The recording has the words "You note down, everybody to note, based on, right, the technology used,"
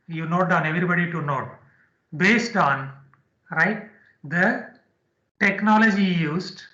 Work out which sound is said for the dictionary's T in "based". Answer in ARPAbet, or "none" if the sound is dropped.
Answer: T